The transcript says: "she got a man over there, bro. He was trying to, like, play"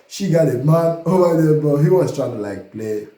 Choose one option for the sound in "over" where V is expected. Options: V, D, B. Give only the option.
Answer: B